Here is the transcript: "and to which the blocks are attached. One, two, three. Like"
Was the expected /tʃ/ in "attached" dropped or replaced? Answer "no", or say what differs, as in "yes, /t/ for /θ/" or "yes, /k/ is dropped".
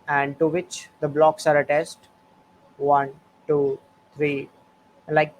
yes, /s/ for /tʃ/